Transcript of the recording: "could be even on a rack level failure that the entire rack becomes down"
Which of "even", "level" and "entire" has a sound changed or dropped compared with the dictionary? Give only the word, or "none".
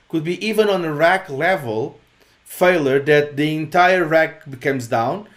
none